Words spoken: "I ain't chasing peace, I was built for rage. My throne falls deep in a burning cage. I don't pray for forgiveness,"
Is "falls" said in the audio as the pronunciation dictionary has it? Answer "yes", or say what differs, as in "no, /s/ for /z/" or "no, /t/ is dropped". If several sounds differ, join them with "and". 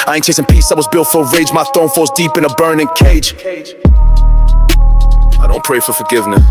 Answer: no, /l/ is dropped